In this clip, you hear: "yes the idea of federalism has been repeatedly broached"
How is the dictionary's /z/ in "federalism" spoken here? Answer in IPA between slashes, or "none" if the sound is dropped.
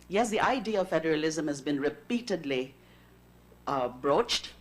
/z/